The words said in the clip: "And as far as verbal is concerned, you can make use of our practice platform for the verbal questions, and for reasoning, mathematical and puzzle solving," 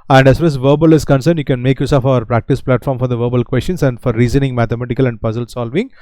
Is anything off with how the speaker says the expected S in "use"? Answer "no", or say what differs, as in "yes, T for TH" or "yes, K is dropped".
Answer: no